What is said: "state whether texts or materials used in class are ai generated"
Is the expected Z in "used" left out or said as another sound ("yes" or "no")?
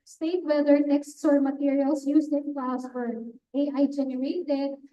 yes